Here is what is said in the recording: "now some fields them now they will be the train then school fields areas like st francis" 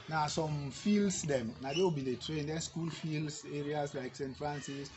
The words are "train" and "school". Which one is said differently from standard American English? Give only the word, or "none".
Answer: none